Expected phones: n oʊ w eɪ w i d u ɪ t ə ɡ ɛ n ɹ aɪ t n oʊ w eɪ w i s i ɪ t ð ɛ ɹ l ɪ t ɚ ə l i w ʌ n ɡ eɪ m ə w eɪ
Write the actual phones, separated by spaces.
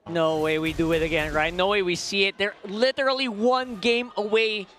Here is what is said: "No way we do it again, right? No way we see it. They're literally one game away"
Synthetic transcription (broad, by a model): n oʊ w eɪ w i d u ɪ t ə ɡ ɛ n ɹ aɪ t n oʊ w eɪ w i s i ɪ t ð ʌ ɹ l ɪ t ɚ l i w ʌ n ɡ eɪ m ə w eɪ